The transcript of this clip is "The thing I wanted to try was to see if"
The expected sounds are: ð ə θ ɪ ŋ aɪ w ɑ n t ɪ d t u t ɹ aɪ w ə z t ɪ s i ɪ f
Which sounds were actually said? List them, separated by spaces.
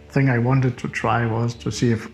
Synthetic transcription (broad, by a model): θ ɪ ŋ aɪ w ɑ n t ɪ d t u t ɹ aɪ w ə z t ɪ s i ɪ f